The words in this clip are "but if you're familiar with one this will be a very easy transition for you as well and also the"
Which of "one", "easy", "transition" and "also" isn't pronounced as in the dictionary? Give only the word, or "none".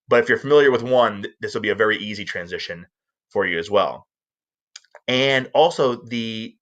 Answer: none